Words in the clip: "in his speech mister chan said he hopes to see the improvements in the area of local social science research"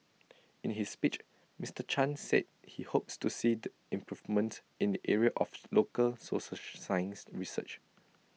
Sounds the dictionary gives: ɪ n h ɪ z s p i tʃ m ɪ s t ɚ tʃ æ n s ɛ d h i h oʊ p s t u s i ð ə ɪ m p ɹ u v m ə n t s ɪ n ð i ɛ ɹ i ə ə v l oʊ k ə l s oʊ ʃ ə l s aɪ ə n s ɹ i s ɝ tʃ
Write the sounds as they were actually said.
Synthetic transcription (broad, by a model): ɪ n h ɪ s p i tʃ m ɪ s t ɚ tʃ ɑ n s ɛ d h i h oʊ p s t u s i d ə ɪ m p ɹ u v m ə n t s ɪ n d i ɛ ɹ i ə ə f l oʊ k ə l s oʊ s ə s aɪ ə n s ɹ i s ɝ tʃ